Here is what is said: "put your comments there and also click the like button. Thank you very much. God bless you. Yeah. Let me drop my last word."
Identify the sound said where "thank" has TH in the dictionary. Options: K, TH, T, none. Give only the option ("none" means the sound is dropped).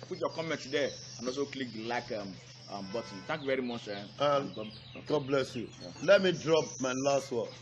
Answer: T